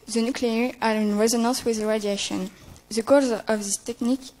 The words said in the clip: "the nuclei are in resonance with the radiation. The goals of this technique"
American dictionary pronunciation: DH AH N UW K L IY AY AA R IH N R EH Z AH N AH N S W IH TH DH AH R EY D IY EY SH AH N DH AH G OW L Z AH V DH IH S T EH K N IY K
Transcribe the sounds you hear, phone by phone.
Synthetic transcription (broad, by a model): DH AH N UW K L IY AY AA R IH N R EH Z AH N AH N S W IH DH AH R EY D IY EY SH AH N DH AH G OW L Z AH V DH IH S T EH K N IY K